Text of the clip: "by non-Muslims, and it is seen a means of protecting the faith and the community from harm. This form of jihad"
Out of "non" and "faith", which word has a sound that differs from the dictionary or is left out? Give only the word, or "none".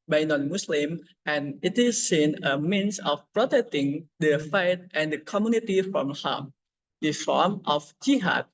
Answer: faith